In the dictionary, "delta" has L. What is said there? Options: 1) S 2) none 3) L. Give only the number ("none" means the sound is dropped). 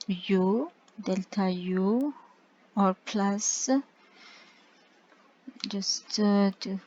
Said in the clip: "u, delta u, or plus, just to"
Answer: 3